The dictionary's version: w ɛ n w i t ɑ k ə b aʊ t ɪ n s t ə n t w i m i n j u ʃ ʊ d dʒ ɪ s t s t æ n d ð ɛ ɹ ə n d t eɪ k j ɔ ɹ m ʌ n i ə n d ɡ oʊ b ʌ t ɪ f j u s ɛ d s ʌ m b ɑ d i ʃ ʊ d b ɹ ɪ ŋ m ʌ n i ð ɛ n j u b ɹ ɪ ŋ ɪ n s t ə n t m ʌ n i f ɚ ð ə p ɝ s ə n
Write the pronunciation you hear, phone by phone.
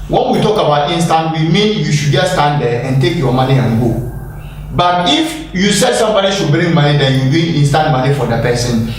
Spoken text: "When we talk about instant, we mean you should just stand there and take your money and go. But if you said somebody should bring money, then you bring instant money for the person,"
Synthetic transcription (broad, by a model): w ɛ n w i t ɑ k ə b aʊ t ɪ n s t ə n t w i m i n j u ʃ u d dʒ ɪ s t s t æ n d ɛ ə n t eɪ k j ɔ m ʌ n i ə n ɡ oʊ b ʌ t ɪ f j u s ɛ d s ʌ m b ɑ d i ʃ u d b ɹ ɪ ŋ m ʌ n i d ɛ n j u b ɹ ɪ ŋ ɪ n s t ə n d m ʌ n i f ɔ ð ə p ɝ s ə n